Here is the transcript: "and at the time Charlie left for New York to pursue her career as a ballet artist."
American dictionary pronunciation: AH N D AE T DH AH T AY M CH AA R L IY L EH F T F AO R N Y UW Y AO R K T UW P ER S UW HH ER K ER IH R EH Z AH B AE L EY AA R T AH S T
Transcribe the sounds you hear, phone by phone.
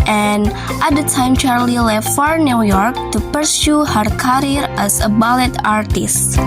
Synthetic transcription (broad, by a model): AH N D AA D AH T AY M CH AA R L IY L EH F T F AO R N Y UW Y AO R K T UW P ER S UW HH ER K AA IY R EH S AH B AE L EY AA R T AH S T